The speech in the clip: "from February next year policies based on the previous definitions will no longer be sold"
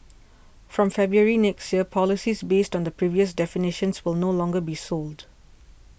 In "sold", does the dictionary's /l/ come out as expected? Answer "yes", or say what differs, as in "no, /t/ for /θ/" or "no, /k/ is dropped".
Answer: yes